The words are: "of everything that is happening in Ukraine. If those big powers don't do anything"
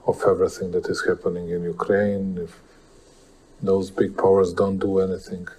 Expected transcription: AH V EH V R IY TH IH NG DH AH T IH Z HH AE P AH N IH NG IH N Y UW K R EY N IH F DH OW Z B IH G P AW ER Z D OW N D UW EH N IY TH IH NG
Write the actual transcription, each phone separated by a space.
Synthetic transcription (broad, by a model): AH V EH V R IY TH IH NG DH AH T IH Z HH AE P AH N IH NG IH N Y UW K R EY N IH F DH OW Z B IH G P AW ER Z D OW N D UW EH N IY TH IH NG